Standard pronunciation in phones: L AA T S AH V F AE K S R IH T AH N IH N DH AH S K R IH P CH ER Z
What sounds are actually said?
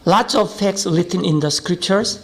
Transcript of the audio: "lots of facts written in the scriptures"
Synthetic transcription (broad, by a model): L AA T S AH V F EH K S L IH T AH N IH N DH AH S K R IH P CH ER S